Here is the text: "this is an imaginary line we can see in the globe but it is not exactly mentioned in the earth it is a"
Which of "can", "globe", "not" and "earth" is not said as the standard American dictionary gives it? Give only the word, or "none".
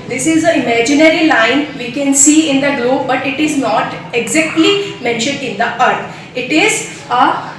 earth